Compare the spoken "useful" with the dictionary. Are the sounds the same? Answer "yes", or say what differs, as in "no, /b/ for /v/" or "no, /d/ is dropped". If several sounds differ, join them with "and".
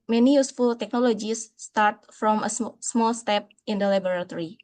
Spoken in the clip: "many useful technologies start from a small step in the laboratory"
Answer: yes